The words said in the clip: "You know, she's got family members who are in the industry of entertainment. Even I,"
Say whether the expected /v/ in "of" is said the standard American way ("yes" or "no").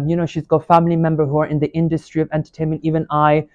yes